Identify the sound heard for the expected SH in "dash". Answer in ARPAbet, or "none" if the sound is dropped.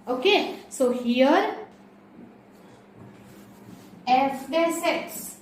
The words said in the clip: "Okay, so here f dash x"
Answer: S